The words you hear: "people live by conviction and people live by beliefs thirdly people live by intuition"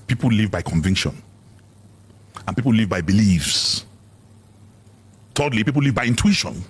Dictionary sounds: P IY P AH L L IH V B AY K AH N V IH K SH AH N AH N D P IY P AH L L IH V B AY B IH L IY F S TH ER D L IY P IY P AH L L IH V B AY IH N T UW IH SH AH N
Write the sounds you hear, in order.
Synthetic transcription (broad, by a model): P IY P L L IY V B AY K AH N V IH K SH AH N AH N P IY P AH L L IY V B AY B IH L IY F S T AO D L IY P IY P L L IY V B AY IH N T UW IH SH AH N